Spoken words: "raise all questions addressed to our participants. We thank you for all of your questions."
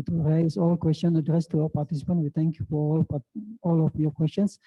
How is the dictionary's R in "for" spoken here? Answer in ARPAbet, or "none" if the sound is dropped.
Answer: L